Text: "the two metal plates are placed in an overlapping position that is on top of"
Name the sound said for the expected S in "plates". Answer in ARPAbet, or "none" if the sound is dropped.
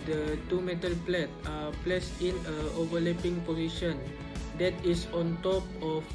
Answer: none